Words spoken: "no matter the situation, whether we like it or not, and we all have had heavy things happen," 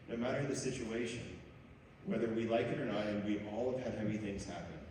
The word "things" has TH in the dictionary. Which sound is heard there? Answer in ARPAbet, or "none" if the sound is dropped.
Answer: TH